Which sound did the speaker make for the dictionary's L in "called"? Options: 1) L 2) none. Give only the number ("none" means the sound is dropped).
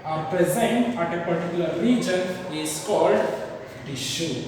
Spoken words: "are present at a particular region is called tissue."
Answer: 1